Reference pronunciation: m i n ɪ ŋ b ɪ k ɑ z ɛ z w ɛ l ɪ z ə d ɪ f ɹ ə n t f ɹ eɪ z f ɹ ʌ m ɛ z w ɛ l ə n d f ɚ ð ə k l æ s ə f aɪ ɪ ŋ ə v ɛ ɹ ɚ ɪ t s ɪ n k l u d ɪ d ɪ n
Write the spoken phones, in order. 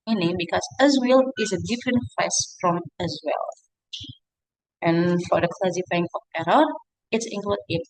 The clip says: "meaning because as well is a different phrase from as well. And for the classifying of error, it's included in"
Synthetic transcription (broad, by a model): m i n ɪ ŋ b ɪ k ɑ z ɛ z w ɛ l ɪ z ə d ɪ f ɹ ə n t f eɪ s f ɹ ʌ m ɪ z w ɛ l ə n f ɚ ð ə k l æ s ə f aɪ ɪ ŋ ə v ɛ ɹ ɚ ɪ t s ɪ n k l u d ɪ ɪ